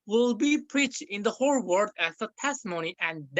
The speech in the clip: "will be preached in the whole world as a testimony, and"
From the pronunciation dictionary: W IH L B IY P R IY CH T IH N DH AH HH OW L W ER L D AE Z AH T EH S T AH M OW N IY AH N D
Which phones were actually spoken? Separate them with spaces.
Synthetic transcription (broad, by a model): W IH L B IY P R IY CH T IH N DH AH HH OW L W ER D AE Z AH T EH S T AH M OW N IY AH N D